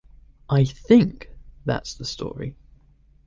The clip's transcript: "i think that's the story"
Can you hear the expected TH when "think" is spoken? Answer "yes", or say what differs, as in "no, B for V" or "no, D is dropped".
yes